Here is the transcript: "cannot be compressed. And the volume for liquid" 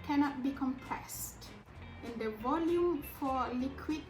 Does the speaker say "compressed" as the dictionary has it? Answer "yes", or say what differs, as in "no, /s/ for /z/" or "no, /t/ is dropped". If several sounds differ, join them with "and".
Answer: yes